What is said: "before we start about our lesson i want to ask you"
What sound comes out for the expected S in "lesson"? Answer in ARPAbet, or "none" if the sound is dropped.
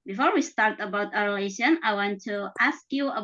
SH